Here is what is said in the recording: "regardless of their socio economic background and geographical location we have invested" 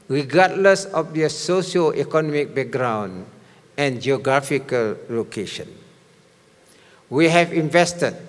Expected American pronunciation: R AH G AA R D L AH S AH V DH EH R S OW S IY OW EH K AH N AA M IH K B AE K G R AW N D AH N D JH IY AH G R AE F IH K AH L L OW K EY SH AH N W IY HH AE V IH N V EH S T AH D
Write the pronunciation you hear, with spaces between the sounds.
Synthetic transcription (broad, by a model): R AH G AA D L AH S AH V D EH S OW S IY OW EH K AH N AA M IH K B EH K G R AW N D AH N JH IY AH G R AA F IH K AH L L OW K EY SH AH N W IY HH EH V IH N V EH S T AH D